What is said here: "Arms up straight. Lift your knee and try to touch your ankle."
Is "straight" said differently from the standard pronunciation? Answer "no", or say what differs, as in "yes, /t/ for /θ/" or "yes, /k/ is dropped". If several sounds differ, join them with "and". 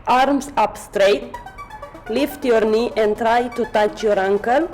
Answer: no